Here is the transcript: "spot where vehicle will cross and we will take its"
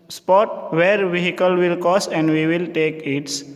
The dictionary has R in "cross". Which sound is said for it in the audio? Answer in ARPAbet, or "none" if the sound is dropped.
none